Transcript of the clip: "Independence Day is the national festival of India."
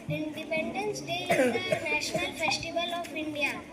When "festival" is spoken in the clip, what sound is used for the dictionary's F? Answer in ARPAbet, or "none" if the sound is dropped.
F